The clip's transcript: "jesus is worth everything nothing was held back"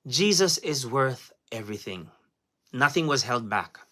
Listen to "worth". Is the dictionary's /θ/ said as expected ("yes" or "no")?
yes